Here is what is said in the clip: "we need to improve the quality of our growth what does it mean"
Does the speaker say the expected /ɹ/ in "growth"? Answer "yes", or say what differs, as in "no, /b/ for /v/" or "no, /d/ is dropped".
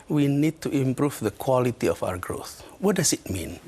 yes